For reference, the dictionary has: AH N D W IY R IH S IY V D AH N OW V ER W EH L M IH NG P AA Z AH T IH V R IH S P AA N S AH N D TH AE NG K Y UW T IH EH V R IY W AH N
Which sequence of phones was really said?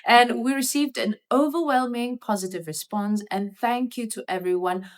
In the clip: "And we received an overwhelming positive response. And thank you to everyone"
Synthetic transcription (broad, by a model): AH N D W IY R IH S IY V D AH N OW V ER W EH L M IH NG P AA Z AH T IH V R IH S P AA N S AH N TH AE NG K Y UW T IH EH V R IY W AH N